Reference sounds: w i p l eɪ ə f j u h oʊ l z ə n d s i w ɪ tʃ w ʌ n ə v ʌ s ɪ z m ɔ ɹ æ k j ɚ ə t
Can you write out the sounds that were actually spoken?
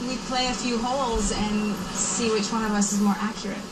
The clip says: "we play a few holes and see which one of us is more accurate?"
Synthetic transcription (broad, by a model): w i p l eɪ ə f j u h oʊ l z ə n s i w ɪ tʃ w ʌ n ə v ʌ s ɪ z m ɔ ɹ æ k j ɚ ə t